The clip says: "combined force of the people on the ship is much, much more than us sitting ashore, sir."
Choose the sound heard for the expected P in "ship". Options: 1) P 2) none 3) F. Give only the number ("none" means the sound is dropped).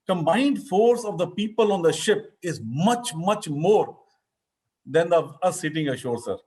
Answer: 1